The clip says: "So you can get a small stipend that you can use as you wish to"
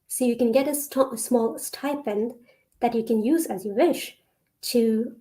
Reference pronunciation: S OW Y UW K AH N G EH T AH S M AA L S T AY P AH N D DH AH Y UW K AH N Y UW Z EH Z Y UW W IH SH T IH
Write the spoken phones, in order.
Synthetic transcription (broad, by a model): S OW Y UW K AH N G EH T AH S M AA L S T AY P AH N DH AH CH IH K AH N Y UW Z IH Z Y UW W IH SH T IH